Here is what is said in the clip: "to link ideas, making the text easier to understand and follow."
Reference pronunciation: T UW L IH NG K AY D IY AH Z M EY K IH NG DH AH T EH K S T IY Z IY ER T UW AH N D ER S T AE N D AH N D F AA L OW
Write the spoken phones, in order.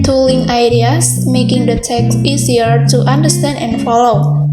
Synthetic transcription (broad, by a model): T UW L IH NG AY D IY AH S M EY K IH NG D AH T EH K S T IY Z IY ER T UW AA N D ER S T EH N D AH N F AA L OW